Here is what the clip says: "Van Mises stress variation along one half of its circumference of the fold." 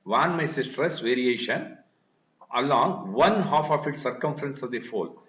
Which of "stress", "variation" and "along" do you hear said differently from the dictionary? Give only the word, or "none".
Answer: none